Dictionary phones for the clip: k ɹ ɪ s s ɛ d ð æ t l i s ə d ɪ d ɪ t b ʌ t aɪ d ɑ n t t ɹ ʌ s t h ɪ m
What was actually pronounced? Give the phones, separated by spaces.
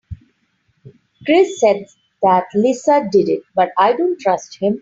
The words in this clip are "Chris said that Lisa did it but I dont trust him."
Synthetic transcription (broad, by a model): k ɹ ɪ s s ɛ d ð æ t l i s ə d ɪ d ɪ t b ʌ t aɪ d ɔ n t t ɹ ʌ s t h ɪ m